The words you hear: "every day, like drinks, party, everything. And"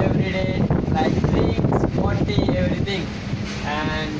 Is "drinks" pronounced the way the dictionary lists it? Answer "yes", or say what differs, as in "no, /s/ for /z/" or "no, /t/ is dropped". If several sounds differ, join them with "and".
no, /k/ is dropped